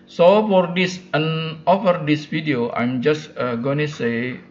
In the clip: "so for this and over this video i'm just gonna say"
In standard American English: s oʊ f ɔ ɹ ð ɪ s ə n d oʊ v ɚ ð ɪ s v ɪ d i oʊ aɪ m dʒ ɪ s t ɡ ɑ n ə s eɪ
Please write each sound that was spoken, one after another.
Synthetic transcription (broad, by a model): s oʊ f ɔ ɹ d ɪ s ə n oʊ f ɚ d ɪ s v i d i oʊ aɪ m dʒ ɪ s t ɡ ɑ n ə s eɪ